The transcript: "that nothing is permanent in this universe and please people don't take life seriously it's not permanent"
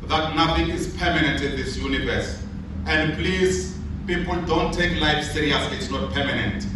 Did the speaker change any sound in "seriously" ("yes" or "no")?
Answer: yes